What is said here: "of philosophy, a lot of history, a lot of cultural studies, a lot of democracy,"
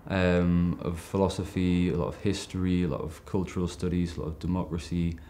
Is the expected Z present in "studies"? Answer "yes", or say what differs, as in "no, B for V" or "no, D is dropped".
yes